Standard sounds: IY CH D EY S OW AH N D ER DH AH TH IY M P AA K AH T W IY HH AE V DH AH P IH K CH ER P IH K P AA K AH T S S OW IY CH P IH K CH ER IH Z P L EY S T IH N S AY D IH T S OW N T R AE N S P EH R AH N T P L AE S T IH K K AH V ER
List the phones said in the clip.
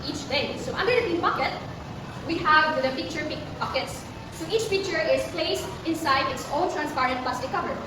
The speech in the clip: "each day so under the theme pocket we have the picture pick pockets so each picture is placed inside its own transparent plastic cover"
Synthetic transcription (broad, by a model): IY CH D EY S OW AH N D ER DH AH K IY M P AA K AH T W IY HH AE V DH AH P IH K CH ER P IH K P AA K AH T S S OW IY CH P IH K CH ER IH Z P L EY S T IH N S AY D IH T S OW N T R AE N S P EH R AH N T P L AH S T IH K K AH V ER